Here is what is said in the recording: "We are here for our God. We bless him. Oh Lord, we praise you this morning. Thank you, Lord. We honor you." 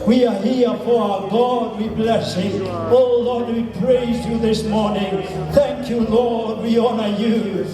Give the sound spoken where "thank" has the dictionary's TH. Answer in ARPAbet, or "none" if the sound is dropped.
TH